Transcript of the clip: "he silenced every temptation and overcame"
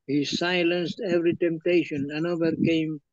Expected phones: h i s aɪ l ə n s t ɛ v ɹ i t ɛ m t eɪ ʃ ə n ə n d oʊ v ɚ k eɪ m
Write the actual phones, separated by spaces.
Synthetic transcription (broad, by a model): h i s aɪ l ə n s t ɛ v ɹ i t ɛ m t eɪ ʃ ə n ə n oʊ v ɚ k eɪ m